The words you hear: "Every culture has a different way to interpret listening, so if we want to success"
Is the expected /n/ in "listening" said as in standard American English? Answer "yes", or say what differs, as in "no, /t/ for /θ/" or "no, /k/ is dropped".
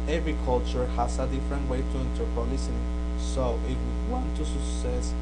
no, /n/ is dropped